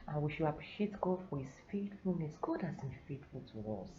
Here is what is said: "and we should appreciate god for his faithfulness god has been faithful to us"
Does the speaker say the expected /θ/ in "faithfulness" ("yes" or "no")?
no